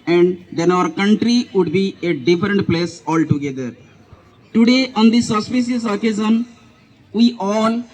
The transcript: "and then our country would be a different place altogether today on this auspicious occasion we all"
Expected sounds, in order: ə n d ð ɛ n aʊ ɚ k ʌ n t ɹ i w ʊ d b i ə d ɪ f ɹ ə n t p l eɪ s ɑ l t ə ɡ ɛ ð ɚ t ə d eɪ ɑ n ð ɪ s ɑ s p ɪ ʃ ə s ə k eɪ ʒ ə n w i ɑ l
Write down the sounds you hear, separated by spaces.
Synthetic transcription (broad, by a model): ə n d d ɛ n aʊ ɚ k ʌ n t ɹ i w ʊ d b i ə d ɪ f ɹ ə n t p l eɪ s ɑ l t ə ɡ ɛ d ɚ t ə d eɪ ɑ n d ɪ s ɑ s p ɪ s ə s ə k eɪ z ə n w i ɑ l